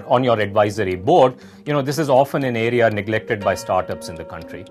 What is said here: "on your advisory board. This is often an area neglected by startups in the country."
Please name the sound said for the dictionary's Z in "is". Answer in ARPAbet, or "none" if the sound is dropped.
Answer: Z